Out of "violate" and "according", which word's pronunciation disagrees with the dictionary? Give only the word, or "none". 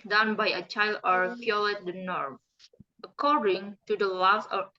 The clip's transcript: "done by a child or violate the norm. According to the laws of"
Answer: violate